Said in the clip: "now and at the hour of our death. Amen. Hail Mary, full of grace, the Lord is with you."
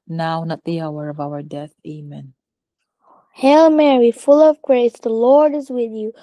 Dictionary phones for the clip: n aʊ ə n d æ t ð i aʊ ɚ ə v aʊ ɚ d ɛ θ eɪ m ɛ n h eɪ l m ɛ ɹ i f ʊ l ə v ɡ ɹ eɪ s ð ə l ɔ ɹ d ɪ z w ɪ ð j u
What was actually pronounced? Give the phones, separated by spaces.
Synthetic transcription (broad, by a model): n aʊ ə n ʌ t ð i aʊ ɚ ə v aʊ ɚ d ɛ θ eɪ m ɛ n h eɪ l m ɛ ɹ i f ʊ l ə v ɡ ɹ eɪ s ð ə l ɔ ɹ d ɪ z w ɪ ð j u